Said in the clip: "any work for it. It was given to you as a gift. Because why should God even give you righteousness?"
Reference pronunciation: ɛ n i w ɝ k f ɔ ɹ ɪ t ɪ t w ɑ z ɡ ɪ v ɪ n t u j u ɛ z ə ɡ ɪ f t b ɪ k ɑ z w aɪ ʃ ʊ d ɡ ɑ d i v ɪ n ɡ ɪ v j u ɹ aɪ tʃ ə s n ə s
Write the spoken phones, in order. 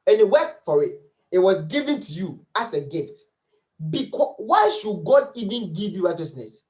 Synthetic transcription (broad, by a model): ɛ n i w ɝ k f ɔ ɹ ɪ t ɪ t w ɑ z ɡ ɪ v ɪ n t u j u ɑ s ə ɡ ɪ f t b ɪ k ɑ w aɪ ʃ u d ɡ ɑ d i v ɪ n ɡ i v j u ɹ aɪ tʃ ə s n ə s